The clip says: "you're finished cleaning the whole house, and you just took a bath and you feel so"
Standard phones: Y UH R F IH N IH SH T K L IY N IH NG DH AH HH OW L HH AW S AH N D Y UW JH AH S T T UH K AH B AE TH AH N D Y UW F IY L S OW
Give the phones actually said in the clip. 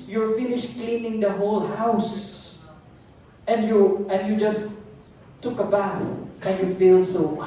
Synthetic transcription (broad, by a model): Y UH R F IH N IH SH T K L IY N IH NG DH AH HH OW L HH AW S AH N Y Y UW JH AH S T T UH K AH B AE TH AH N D Y UW F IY L S OW